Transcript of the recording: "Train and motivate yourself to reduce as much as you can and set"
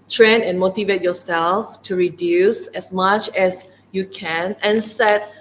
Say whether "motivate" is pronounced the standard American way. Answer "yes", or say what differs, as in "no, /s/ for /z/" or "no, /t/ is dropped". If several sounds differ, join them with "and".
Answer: yes